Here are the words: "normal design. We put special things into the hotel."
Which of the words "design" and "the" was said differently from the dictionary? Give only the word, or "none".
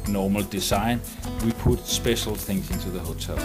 design